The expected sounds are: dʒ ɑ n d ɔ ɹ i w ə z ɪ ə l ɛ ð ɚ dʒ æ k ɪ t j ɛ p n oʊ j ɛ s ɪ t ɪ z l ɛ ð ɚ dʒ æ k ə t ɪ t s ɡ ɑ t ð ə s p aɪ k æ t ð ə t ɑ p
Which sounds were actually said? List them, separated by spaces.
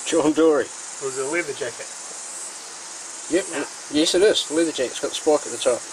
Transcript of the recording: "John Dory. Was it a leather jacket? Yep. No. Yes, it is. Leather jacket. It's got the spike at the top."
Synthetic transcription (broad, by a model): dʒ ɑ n d ɔ ɹ i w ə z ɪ ə l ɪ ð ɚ dʒ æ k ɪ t j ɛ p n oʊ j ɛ s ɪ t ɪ s l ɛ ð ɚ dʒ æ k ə ɪ t s ɡ ɑ t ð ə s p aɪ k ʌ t ð ə t ɑ p